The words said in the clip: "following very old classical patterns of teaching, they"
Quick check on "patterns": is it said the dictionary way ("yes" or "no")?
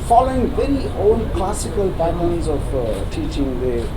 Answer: no